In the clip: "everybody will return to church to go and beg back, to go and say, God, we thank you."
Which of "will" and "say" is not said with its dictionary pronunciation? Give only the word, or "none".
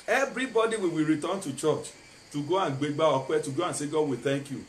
will